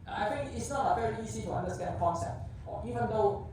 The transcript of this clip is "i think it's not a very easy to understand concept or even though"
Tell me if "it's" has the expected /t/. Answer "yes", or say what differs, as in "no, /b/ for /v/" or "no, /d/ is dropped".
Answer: yes